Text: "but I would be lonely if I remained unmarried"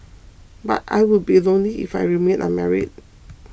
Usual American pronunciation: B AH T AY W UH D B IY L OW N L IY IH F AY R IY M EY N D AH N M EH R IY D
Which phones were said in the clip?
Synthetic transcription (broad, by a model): B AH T AY W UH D B IY L OW N L IY IH F AY R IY M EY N AH M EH R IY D